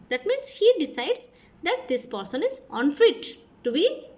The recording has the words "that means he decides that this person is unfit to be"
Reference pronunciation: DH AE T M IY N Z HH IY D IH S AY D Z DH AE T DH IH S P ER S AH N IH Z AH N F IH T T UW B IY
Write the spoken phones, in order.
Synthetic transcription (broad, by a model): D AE T M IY N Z HH IY D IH S AY D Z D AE T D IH S P ER S AH N IH Z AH N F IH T T UW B IY